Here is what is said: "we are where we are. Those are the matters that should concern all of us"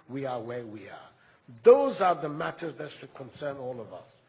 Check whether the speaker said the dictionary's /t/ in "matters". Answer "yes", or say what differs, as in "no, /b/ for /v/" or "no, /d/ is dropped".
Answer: yes